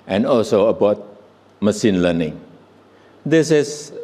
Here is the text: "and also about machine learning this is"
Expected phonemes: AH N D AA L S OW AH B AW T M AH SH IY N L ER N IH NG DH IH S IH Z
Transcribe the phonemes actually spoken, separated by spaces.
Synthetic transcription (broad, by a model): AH N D AA L S OW AH B AW T M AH S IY N L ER N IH NG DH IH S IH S